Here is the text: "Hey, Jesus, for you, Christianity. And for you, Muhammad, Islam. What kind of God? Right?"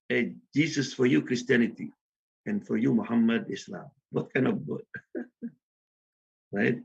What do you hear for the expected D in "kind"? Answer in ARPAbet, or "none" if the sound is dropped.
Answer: none